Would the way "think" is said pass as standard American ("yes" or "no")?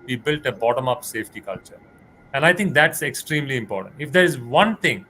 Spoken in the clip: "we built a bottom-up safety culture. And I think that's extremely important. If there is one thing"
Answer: no